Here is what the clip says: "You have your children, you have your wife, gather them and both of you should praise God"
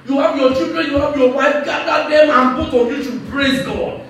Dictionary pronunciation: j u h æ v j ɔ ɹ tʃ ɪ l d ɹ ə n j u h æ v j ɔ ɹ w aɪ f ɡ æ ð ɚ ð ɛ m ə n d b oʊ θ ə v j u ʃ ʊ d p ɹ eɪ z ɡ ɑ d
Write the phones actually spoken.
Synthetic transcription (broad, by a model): j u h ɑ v j ɔ tʃ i l d ɹ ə n j u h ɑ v j ɔ w aɪ f ɡ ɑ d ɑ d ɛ m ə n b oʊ t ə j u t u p ɹ eɪ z ɡ ɑ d